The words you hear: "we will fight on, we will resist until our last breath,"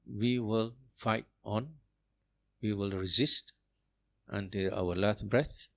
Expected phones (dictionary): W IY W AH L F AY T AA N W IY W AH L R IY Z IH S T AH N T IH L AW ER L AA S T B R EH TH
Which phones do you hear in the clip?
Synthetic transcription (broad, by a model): W IY W AH L F AY T AA N W IY W AH L R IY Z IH S T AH N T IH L AW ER L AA T B R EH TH